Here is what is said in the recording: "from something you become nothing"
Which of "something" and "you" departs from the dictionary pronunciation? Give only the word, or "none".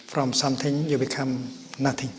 something